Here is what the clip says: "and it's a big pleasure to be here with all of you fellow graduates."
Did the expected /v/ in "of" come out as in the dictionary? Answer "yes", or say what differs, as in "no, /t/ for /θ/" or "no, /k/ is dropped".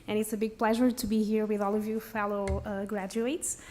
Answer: yes